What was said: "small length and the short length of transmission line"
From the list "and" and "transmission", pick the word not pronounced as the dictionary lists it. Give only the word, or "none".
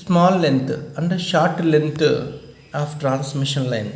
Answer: none